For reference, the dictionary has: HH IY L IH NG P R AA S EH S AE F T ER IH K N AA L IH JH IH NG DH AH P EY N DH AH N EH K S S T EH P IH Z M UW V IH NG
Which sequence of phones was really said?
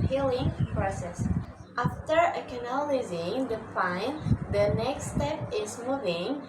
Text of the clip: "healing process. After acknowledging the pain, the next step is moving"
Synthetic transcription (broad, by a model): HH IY L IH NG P R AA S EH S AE F T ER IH K N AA L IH Z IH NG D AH F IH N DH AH N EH K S S T EH P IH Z M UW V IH NG